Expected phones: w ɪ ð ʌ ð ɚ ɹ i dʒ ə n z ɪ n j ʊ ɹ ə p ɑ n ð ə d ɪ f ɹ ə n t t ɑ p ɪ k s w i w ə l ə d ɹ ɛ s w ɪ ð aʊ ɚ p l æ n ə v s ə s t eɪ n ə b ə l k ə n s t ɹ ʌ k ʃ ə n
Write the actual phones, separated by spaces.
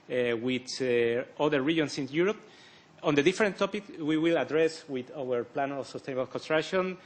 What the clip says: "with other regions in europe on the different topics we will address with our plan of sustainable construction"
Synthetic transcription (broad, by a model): w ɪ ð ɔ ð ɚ ɹ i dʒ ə n s ɪ n j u ɹ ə p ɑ n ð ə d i f ɹ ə n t t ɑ p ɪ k w i w ə l ə d ɹ ɛ s w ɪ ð aʊ ɚ p l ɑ n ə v s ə s t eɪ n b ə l k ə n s t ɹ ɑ k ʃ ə n